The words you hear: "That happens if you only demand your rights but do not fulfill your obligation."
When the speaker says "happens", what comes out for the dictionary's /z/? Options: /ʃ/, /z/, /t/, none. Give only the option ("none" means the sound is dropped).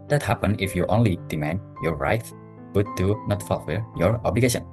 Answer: none